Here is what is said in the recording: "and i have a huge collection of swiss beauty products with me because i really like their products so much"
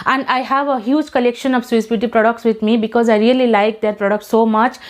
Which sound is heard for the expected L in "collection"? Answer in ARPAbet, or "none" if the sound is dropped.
L